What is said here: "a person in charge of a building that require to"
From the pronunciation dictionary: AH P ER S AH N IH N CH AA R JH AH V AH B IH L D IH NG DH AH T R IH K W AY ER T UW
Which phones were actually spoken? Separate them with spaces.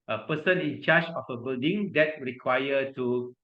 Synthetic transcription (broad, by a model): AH P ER S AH N IH N CH AA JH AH F AH B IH L D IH NG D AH T R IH K W AY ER T UW